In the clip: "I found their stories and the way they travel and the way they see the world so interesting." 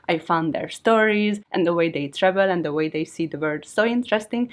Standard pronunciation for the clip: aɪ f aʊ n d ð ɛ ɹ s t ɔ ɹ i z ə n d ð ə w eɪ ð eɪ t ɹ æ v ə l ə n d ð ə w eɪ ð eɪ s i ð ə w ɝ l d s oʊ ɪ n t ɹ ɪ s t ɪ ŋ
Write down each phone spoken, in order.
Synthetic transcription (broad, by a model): aɪ f aʊ n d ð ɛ ɹ s t ɔ ɹ i z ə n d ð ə w eɪ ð eɪ t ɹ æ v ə l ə n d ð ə w eɪ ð eɪ s i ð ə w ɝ d s oʊ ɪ n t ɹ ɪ s t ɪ ŋ